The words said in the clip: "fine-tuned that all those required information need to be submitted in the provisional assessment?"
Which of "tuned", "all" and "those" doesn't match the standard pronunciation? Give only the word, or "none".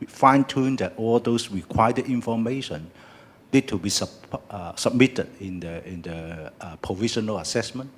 those